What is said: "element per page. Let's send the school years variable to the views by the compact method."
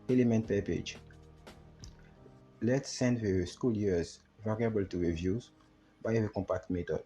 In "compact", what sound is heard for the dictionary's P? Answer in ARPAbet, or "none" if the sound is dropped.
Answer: P